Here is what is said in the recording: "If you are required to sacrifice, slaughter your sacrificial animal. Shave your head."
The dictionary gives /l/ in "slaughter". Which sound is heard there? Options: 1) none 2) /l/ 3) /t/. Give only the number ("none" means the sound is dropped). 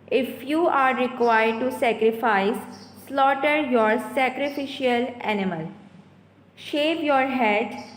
2